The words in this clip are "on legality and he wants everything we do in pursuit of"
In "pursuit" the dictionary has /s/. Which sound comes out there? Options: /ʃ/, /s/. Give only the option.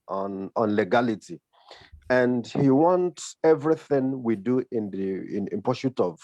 /ʃ/